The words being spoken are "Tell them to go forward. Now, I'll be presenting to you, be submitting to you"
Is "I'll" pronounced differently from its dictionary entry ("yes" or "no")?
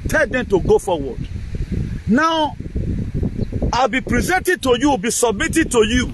no